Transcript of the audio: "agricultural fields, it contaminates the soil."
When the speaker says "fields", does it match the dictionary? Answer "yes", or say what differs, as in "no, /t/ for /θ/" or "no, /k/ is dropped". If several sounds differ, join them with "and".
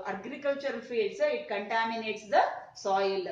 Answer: no, /l/ is dropped and /s/ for /z/